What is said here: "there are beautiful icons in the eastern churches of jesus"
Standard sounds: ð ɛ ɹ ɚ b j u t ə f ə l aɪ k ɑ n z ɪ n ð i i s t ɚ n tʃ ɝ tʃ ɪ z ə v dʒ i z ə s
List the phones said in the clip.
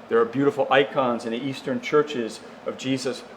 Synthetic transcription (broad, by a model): ð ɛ ɹ b j u t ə f l aɪ k ɑ n z ɪ n ð i i s t ɚ n tʃ ɝ tʃ ɪ z ə v dʒ i z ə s